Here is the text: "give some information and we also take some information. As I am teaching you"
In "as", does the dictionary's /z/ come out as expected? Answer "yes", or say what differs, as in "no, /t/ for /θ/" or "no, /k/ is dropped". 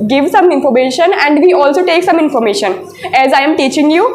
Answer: yes